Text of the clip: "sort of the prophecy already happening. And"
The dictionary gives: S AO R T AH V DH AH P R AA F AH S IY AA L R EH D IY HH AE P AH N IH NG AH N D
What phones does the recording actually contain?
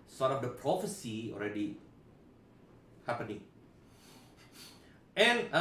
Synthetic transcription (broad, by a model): S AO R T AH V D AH P R AA F AH S IY AA L R EH D IY HH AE P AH N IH NG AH N